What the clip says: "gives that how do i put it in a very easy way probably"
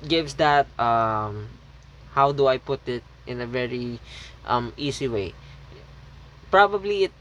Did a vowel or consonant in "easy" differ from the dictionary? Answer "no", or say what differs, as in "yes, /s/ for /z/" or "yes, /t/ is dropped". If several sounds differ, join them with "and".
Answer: yes, /s/ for /z/